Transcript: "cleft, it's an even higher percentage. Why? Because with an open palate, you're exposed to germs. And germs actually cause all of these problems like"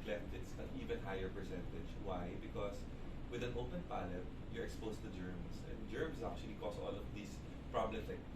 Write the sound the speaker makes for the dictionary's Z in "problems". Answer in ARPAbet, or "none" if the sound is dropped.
S